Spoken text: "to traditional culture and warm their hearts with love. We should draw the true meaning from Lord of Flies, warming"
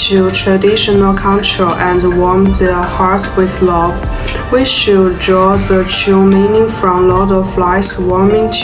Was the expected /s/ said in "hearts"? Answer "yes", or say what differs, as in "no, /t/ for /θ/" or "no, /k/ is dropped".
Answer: no, /s/ is dropped